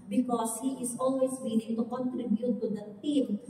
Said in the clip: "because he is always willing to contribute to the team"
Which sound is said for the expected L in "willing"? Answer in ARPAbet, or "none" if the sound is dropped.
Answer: N